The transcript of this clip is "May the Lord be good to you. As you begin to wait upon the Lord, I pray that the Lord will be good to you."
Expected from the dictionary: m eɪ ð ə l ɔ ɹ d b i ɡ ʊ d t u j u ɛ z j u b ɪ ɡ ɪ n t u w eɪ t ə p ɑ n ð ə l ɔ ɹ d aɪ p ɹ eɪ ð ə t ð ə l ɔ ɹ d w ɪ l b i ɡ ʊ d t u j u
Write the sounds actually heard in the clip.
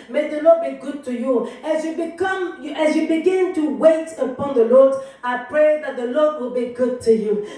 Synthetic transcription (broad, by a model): m eɪ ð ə l ɔ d b i ɡ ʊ d t u j u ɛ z j u b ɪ ɡ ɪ n t u w eɪ t ə p ɑ n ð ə l ɔ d aɪ p ɹ eɪ ð ə t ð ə l ɔ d w ɪ l b i ɡ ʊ d t u j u